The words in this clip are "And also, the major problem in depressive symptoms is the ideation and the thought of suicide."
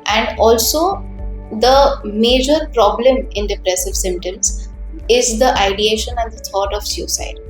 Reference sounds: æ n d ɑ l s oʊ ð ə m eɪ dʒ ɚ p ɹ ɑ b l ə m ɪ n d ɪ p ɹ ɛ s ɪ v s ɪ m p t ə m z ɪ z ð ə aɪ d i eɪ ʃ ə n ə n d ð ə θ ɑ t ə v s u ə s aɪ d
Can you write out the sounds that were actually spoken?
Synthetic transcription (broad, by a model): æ n d ɑ l s oʊ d ə m eɪ dʒ ɚ p ɹ ɑ b l ə m ɪ n d ɪ p ɹ ɛ s ɪ v s ɪ m t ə m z ɪ z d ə aɪ d i eɪ ʃ ə n ə n d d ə t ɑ t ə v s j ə s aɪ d